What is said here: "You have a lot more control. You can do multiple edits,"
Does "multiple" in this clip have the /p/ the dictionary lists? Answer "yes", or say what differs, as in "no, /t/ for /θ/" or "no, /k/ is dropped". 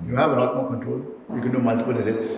no, /b/ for /p/